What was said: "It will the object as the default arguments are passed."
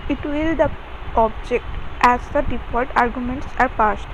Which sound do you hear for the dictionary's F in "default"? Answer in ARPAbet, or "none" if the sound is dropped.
P